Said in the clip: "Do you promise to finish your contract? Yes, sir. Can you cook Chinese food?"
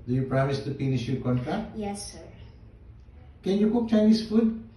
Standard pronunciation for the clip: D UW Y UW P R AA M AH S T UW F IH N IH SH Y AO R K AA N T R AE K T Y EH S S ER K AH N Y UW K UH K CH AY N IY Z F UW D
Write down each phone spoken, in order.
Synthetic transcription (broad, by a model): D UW Y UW P R AA M AH S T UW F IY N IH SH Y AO K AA N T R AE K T Y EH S S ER K AH N Y UW K UH K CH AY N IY S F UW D